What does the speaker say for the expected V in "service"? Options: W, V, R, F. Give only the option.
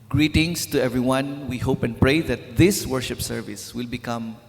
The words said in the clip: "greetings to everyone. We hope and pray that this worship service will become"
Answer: V